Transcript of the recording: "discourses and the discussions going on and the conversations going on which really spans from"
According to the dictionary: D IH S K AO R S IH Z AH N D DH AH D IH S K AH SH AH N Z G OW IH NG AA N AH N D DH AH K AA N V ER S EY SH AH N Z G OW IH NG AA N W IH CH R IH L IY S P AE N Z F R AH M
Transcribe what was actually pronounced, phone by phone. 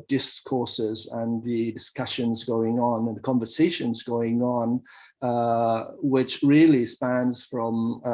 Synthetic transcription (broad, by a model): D IH S K AO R S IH Z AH N DH AH D IH S K AH SH AH N Z G OW IH NG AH N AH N DH AH K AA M V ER S EY SH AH N Z G OW IH NG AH N W IH CH R IH L IY S P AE N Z F R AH M